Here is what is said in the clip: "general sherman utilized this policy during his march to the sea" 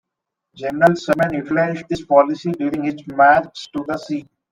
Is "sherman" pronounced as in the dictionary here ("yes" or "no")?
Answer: no